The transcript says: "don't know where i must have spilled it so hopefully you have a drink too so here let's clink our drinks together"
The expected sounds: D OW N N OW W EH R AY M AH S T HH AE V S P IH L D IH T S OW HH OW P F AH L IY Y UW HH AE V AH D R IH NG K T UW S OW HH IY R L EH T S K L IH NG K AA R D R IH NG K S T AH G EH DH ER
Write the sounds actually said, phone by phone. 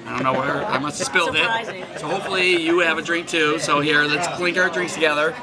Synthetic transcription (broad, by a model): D OW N N OW W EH R AY M AH S T S P IH L D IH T S OW HH OW P F L IY Y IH V AH D R IH NG K T UW S OW HH IY R L EH T S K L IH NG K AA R D R IH NG K S T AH G EH DH ER